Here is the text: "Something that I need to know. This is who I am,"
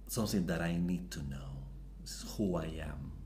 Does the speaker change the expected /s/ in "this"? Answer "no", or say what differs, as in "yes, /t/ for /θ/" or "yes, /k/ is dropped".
yes, /s/ is dropped